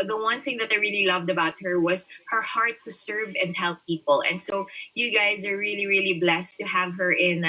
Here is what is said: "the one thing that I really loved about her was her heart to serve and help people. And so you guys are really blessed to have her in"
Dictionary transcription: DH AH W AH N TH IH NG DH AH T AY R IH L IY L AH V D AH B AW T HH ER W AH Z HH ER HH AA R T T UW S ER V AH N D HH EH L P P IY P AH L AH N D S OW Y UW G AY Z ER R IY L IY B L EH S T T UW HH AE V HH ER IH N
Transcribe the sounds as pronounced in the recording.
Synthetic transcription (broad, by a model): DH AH W AH N TH IH NG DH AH T AY R IH L IY L AH V D AH B AW T HH ER W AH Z HH ER HH AA R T T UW S ER V AH N D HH EH L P P IY P AH L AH N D S OW Y UW G AY Z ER R IY L IY B L EH S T T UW HH AE V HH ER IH N